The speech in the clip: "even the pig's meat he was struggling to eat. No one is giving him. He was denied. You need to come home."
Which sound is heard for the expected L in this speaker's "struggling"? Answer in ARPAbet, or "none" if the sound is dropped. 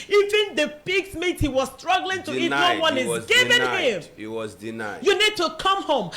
L